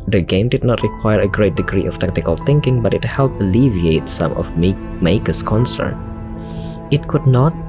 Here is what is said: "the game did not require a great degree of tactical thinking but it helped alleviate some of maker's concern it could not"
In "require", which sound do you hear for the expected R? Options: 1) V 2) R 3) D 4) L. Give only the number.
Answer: 2